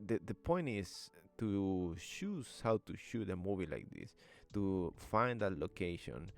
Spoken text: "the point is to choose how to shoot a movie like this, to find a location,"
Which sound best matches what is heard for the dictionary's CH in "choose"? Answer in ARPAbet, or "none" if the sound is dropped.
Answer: SH